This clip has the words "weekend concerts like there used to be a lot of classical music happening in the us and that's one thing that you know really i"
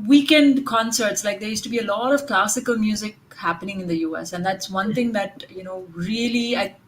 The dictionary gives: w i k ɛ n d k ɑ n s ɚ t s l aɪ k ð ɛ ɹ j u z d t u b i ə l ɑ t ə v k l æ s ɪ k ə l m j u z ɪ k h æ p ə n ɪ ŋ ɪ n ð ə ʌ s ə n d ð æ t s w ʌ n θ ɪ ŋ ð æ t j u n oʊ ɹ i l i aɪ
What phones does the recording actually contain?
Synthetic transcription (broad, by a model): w i k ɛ n d k ɑ n s ɚ t s l aɪ k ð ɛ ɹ j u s t u b i ə l ɑ t ə v k l æ s ɪ k ə l m j u z ɪ k h æ p ə n ɪ ŋ ɪ n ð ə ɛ s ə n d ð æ t s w ʌ n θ ɪ ŋ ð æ t j u n oʊ ɹ i l i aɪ